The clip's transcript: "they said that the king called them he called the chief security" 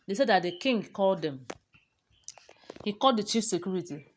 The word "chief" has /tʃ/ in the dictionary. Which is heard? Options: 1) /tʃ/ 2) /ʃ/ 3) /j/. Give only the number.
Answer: 1